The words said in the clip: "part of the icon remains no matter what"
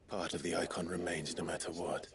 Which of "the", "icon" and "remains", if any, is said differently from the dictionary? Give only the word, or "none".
none